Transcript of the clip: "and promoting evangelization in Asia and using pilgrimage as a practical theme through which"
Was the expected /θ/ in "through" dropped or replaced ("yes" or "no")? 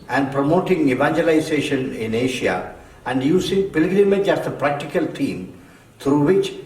yes